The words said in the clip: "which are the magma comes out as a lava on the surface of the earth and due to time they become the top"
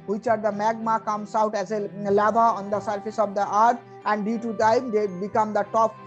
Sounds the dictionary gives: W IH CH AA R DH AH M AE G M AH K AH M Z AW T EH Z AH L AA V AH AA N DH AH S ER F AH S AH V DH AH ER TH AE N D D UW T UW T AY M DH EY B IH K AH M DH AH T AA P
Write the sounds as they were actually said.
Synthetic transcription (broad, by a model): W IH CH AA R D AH M AE G M AH K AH M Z AW T EH Z AH L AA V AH AA N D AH S ER F AH S AH V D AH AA T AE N D D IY T UW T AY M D EY B IH K AH M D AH T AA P